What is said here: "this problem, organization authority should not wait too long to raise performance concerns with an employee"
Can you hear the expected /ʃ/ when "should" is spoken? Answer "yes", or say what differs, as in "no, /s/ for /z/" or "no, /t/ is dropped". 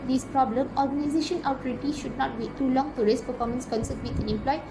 yes